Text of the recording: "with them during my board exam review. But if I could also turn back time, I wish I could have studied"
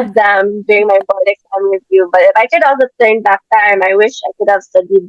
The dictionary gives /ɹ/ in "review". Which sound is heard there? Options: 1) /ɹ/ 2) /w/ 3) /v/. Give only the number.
2